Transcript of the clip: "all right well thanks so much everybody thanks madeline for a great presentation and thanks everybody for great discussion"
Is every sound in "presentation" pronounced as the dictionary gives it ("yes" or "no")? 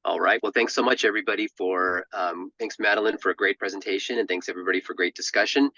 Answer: yes